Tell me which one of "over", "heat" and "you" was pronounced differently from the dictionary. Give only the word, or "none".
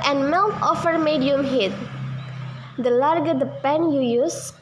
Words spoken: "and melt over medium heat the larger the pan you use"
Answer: over